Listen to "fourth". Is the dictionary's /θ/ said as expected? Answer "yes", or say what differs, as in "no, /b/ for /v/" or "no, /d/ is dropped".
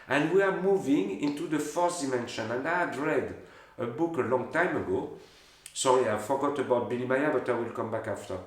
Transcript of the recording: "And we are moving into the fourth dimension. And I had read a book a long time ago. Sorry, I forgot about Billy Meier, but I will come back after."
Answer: no, /s/ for /θ/